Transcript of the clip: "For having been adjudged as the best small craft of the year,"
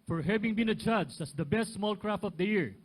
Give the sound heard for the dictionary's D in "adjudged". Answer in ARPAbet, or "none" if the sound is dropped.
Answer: none